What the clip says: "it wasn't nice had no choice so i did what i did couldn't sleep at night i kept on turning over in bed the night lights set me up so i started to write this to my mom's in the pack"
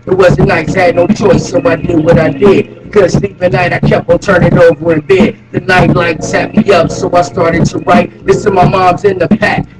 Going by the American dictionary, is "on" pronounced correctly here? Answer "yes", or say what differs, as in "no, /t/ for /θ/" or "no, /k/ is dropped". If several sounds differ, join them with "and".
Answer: no, /l/ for /n/